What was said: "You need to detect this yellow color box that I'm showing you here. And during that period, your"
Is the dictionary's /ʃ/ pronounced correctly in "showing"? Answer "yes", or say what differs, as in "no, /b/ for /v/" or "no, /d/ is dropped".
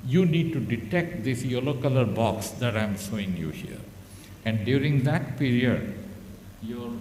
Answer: no, /s/ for /ʃ/